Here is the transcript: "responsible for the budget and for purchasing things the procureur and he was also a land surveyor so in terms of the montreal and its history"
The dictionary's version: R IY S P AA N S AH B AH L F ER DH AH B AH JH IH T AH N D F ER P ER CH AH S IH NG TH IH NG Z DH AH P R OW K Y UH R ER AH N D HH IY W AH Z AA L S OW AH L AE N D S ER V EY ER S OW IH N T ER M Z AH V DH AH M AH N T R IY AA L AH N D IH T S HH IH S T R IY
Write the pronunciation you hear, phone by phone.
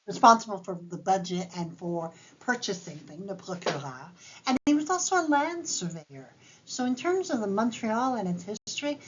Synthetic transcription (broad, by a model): R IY S P AA N S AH B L F ER DH AH B AH JH IH T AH N F ER P ER CH AH S IH NG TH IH NG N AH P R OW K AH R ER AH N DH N IY W AH Z AA L S OW AH L AE N D S ER V EY ER S OW IH N T ER M Z AH V DH AH M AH N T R IY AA L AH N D IH T S HH IH S T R IY